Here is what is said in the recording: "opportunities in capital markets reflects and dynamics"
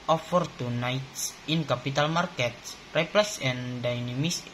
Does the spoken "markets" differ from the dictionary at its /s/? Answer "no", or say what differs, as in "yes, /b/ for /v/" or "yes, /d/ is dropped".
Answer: no